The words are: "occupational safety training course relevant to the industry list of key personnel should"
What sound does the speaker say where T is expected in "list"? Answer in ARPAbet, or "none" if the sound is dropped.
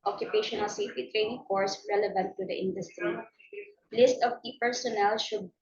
T